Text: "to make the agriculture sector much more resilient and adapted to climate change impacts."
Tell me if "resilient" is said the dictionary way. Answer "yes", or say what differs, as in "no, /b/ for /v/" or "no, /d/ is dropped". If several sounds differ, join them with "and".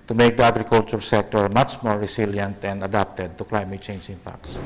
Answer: no, /s/ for /z/